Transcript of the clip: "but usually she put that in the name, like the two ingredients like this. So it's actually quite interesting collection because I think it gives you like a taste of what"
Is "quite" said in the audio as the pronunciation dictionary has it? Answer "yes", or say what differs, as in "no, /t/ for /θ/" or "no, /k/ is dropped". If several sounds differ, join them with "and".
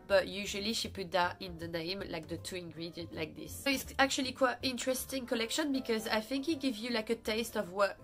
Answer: yes